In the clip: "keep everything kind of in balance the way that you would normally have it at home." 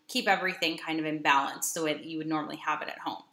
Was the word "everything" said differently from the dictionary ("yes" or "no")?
no